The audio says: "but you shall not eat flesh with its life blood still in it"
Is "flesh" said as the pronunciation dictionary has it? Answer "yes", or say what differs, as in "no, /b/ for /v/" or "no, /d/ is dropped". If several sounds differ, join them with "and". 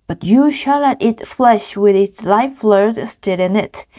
yes